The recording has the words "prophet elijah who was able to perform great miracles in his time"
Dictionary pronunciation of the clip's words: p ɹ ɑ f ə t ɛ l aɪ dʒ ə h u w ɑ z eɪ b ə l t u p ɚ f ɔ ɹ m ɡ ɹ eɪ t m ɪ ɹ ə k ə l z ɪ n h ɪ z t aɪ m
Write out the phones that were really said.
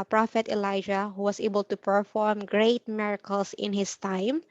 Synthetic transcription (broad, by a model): p ɹ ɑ f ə t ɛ l aɪ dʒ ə h u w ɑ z eɪ b ə l t u p ɚ f ɔ ɹ m ɡ ɹ eɪ t m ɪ ɹ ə k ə l s ɪ n h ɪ s t aɪ m